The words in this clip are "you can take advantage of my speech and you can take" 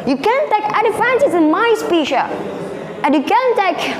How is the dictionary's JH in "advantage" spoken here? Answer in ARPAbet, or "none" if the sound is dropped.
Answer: Z